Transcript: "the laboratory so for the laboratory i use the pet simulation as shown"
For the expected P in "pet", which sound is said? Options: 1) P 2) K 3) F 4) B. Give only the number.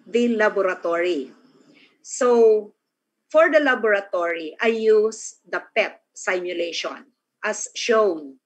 1